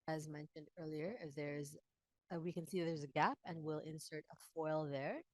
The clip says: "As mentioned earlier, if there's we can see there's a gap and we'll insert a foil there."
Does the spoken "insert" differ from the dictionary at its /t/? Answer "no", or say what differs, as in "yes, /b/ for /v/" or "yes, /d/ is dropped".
no